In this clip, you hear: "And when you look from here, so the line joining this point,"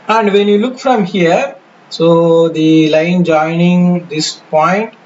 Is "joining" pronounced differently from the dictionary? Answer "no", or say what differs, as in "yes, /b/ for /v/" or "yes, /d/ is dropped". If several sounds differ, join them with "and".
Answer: no